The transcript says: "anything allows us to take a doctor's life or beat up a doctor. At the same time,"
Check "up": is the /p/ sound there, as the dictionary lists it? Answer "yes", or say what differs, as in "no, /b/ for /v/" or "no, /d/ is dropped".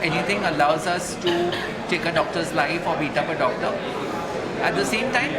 yes